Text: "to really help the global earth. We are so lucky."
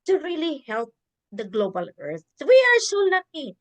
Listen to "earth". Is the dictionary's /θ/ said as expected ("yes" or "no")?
no